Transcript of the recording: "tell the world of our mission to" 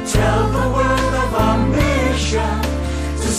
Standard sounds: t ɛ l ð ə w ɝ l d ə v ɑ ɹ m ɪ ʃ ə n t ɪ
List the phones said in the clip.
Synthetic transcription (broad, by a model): t ɛ l ð ə w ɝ d ə v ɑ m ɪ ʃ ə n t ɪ